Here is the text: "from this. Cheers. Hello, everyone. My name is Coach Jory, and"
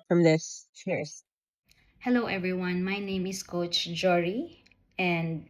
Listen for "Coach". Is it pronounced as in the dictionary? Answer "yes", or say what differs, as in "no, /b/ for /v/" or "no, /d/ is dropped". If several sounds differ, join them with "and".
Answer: yes